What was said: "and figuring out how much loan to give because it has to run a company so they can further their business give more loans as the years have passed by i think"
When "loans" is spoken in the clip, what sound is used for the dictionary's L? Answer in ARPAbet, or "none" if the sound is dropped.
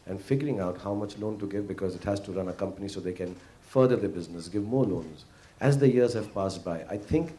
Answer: L